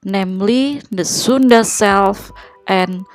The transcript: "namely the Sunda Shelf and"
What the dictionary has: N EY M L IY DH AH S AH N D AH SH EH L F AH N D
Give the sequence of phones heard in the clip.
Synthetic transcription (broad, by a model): N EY M L IY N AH S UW N D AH S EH L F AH N